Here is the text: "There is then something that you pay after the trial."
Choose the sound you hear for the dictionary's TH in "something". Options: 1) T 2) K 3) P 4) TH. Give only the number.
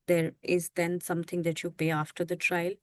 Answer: 1